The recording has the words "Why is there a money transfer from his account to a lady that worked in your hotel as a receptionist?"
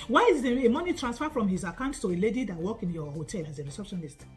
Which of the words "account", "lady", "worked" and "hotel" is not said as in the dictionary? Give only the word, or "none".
worked